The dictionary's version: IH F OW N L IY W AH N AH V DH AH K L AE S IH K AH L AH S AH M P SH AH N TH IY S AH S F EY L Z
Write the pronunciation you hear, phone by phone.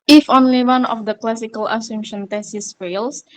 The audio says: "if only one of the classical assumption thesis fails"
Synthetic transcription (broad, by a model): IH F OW N L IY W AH N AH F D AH K L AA S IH K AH L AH S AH M SH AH N T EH S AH S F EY L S